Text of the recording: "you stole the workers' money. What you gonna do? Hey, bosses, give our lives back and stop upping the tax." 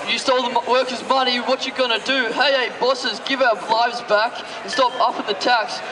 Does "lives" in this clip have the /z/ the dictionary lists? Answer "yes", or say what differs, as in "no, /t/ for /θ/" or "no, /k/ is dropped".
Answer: yes